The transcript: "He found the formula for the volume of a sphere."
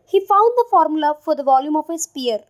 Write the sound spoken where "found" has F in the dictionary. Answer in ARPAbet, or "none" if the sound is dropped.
F